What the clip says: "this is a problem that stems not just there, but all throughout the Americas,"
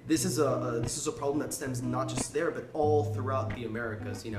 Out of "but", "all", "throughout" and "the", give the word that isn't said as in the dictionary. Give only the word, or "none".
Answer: none